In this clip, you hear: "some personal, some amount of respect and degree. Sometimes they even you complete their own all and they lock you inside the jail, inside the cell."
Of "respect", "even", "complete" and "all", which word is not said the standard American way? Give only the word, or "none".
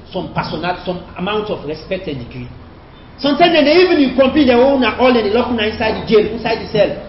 complete